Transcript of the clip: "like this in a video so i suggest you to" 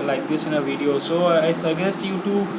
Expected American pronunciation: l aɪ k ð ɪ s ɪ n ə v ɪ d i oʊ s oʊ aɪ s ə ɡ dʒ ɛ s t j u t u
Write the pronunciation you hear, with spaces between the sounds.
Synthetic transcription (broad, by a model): l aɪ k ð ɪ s ɪ n ə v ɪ d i oʊ s oʊ aɪ s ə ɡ ɛ s t j u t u